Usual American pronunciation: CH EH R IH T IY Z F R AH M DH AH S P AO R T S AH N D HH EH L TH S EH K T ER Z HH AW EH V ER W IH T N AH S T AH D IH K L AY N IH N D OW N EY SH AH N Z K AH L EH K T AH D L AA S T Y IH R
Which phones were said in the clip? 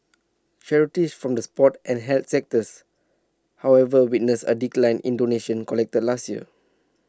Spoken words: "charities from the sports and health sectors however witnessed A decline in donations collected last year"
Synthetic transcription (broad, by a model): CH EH R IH T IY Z F R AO M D AH S P AO T AH N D HH EH L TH S EH K T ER S HH AW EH V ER W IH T N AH S AH D IH K L AY N IH N D OW N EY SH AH N K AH L EH K T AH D L AA S T Y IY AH